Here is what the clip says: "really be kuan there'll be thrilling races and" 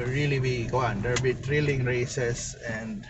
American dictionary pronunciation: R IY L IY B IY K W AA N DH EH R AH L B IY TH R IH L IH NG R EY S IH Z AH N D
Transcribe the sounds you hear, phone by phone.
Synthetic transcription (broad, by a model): R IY L IY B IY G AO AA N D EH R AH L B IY T R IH L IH NG R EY S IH S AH N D